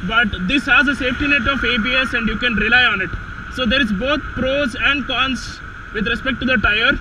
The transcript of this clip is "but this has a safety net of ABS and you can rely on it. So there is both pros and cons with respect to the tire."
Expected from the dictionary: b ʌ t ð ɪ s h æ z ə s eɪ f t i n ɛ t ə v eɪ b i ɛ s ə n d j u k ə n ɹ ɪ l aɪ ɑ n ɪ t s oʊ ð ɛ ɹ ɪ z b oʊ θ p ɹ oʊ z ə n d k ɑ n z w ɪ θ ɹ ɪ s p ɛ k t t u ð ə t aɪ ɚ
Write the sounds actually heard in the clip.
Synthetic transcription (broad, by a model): b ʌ t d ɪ s h æ z ə s eɪ f t i n ɛ t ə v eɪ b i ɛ s ə n d j u k ə n ɹ ɪ l aɪ ɑ n ɪ t s oʊ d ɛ ɹ ɪ z b oʊ t p ɹ oʊ z ə n d k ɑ n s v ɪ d ɹ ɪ s p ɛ k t t u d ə t aɪ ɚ